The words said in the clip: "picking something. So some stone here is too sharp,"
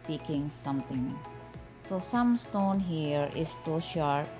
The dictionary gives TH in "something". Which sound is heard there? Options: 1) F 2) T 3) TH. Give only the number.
2